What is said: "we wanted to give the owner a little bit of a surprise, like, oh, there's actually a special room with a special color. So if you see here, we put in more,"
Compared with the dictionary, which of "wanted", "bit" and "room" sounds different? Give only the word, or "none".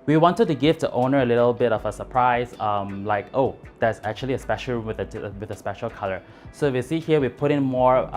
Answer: room